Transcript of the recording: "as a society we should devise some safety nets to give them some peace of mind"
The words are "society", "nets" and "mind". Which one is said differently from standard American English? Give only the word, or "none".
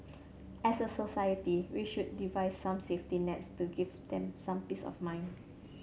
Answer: mind